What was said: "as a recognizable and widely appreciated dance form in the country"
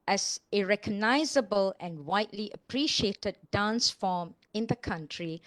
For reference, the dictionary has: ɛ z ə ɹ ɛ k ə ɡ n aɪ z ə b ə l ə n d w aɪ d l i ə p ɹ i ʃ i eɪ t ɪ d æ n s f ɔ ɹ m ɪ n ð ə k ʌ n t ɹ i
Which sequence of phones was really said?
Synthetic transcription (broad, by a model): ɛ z ə ɹ ɛ k ə ɡ n aɪ z ə b ə l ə n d w aɪ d l i ə p ɹ i ʃ i eɪ t ɪ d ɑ n s f ɔ m ɪ n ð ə k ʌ n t ɹ i